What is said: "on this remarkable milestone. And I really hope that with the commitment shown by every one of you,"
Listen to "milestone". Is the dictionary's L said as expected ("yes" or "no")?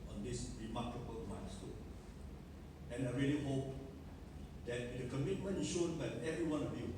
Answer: no